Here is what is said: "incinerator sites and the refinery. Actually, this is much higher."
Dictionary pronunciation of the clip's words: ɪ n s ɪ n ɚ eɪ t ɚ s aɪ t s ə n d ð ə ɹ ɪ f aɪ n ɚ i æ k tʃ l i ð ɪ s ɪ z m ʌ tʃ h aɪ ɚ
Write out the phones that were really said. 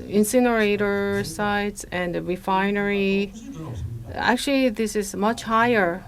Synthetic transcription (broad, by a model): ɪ n s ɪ n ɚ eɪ t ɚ s aɪ t s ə n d ɹ ɪ f aɪ n ɚ i æ k tʃ l i ð ɪ s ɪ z m ʌ tʃ h aɪ ɚ